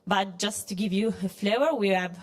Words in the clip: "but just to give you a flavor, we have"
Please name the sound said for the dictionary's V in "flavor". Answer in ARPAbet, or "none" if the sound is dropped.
none